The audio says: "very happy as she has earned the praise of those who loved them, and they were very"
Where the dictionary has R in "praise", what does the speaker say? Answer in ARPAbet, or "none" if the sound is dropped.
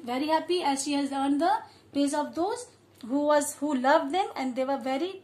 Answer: none